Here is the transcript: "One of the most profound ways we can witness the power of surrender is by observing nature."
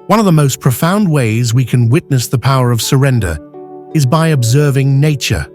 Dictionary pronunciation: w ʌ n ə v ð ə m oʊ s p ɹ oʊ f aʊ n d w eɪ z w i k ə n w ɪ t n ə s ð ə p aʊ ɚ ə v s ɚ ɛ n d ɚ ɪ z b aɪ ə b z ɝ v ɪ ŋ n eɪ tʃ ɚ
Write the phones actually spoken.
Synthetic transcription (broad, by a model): w ʌ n ə v ð ə m oʊ s p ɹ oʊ f aʊ n d w eɪ z w i k ə n w ɪ t n ə s ð ə p aʊ ɚ ə v s ɚ ɛ n d ɚ ɪ z b aɪ ə b z ɝ v ɪ ŋ n eɪ tʃ ɚ